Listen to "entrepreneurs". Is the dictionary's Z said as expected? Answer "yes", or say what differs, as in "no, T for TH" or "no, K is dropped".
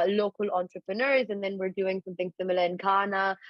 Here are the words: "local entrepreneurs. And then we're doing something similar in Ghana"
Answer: yes